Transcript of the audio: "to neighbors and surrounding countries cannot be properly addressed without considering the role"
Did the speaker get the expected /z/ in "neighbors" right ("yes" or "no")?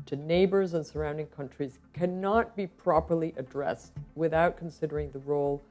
yes